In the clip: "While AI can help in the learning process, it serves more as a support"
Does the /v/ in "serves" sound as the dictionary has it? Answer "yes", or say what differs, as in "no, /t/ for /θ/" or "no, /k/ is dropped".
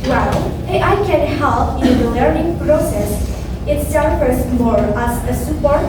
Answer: no, /v/ is dropped